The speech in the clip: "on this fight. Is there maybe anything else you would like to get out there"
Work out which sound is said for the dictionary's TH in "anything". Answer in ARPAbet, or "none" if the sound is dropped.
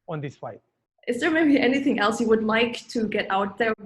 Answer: TH